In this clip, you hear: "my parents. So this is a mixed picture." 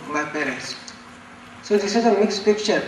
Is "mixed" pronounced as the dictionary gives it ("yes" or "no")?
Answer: yes